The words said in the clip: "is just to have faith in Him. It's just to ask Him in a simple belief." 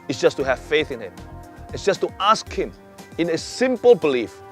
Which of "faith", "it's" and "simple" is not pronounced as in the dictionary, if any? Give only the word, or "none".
none